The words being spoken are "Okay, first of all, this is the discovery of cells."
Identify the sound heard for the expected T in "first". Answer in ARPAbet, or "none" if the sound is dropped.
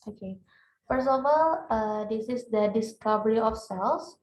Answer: none